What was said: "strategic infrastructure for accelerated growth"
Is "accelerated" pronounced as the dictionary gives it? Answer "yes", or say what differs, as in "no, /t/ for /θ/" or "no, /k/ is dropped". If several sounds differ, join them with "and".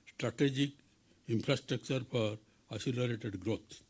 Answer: no, /k/ is dropped